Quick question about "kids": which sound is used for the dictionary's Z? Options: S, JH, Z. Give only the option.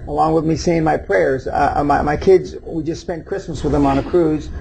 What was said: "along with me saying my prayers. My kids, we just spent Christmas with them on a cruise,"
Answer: Z